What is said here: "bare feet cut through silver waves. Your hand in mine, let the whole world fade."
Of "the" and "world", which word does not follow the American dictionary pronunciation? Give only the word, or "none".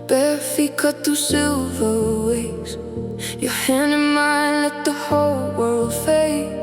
none